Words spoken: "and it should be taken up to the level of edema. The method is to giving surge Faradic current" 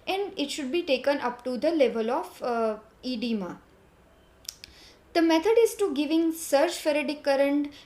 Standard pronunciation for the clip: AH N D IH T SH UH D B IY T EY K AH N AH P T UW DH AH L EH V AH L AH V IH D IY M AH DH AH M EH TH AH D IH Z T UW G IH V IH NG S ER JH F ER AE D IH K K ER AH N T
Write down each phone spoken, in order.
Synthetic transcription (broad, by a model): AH N D IH T SH UH D B IY T EY K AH N AH P T UW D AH L EH V AH L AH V IH D IY M AH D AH M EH T AH D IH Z T UW G IH V IH NG S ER CH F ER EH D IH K K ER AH N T